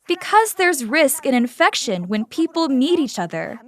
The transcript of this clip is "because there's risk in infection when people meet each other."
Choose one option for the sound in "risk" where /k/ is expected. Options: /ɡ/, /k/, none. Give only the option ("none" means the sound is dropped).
/k/